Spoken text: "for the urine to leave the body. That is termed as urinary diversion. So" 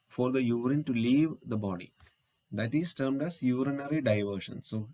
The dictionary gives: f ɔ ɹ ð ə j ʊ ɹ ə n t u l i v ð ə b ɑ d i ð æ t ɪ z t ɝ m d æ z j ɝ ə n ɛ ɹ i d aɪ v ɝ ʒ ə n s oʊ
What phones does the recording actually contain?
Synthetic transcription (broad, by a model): f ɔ ɹ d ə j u ɹ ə n t u l i v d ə b ɑ d i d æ t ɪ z t ɝ m d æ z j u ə n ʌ ɹ i d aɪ v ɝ ʃ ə n s oʊ